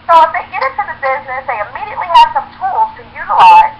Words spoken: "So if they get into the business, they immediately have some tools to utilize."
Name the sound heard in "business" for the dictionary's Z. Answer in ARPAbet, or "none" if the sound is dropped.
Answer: Z